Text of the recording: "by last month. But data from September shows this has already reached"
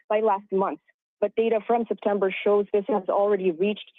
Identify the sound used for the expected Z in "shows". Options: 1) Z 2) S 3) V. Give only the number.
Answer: 1